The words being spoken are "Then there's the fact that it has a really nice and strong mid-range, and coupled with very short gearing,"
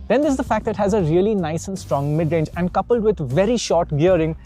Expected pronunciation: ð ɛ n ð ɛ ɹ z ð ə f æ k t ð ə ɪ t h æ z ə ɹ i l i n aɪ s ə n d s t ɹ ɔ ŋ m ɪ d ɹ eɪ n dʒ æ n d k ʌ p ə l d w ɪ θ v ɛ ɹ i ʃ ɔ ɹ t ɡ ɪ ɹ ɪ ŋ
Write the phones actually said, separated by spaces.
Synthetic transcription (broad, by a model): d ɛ n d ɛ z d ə f æ k t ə ɪ t h æ z ə ɹ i l i n aɪ s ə n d s t ɹ ɔ ŋ m ɪ d ɹ eɪ n dʒ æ n d k ʌ p ə l d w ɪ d v ɛ ɹ i ʃ ɔ ɹ t ɡ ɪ ɹ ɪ ŋ